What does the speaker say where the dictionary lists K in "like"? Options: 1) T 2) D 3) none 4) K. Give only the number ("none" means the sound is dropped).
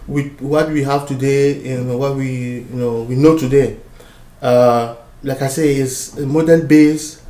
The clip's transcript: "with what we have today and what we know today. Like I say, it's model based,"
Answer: 4